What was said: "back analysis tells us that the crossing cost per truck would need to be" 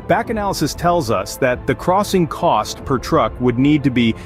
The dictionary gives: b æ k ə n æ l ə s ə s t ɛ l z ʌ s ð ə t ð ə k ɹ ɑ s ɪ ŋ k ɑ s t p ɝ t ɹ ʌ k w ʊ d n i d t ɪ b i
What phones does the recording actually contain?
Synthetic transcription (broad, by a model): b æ k ə n æ l ə s ə s t ɛ l z ʌ s ð ə t ð ə k ɹ ɑ s ɪ ŋ k ɑ s t p ɝ t ɹ ʌ k w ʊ d n i d t ɪ b i